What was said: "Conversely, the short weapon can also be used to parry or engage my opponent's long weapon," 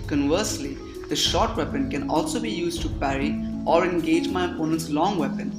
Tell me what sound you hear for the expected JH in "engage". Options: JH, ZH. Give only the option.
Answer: JH